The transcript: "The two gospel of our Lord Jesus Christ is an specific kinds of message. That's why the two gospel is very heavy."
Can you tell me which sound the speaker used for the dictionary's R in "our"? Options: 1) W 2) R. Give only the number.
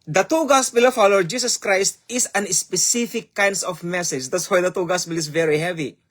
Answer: 1